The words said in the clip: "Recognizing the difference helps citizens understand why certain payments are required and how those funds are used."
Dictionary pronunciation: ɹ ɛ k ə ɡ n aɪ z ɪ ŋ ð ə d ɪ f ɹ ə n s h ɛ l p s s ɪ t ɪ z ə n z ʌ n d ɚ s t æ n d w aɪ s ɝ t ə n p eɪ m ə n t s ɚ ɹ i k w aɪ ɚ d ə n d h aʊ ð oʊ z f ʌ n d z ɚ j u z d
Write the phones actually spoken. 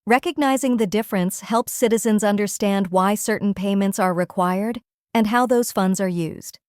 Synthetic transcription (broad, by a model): ɹ ɛ k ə ɡ n aɪ z ɪ ŋ ð ə d ɪ f ɹ ə n s h ɛ l p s s ɪ t ɪ z ə n z ʌ n d ɚ s t æ n d w aɪ s ɝ t n p eɪ m ə n t s ɚ ɹ i k w aɪ ɚ d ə n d h aʊ ð oʊ z f ʌ n d z ɚ j u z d